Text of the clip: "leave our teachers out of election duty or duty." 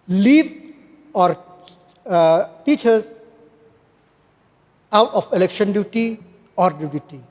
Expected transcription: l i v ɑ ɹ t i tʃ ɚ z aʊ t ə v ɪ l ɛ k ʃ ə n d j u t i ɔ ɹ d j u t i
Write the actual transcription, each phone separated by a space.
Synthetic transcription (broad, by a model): l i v ɑ ɹ t i tʃ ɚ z aʊ t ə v ɪ l ɛ k ʃ ə n d j u t i ɔ ɹ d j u t i